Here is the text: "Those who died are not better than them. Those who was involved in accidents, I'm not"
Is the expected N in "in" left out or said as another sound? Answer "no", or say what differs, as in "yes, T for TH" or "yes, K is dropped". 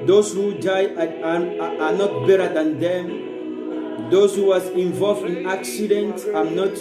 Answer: no